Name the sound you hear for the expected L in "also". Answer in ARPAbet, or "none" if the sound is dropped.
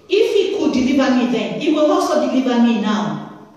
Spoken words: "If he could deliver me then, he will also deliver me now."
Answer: none